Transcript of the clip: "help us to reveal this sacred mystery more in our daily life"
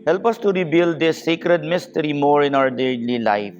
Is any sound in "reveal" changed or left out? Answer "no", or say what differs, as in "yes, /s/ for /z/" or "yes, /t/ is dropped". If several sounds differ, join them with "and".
yes, /b/ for /v/